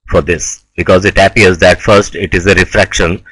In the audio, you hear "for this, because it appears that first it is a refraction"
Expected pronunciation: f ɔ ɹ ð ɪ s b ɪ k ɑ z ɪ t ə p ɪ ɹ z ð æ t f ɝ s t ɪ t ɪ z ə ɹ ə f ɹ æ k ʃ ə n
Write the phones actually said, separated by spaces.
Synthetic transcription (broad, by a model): f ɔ ɹ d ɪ s b ɪ k ɑ z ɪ t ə p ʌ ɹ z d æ t f ɝ s t ɪ t ɪ z ə ɹ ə f ɹ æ k ʃ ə n